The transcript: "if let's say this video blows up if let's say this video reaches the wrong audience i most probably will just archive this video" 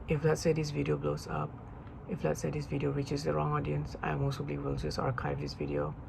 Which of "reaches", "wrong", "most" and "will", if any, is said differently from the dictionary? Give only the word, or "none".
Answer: reaches